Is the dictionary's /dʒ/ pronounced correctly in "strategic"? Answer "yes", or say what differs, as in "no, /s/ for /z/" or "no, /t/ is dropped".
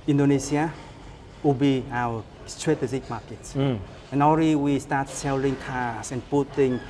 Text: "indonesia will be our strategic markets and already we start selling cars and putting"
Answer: no, /z/ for /dʒ/